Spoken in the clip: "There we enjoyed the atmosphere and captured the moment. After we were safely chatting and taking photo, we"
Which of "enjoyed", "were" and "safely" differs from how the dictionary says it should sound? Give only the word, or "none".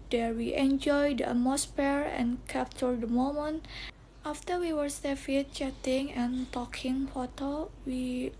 safely